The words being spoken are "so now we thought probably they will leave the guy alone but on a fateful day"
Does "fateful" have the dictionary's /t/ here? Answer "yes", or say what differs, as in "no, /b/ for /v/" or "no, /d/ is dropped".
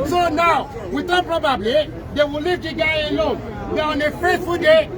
no, /s/ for /t/